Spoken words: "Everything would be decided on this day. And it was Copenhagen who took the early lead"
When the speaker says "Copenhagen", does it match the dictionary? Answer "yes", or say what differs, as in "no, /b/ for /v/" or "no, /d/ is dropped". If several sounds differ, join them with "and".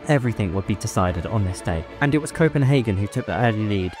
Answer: yes